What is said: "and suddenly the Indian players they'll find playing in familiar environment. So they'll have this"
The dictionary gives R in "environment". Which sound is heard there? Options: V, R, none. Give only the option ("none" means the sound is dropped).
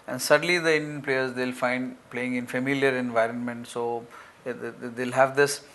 R